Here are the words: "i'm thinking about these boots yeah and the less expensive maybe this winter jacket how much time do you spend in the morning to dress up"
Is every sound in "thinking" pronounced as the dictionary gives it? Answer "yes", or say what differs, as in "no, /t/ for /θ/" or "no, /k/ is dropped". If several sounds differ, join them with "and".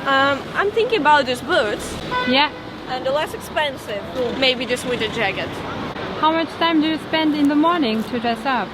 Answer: yes